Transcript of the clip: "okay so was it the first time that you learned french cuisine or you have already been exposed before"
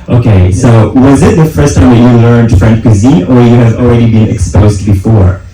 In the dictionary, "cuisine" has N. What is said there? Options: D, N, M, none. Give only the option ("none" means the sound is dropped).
none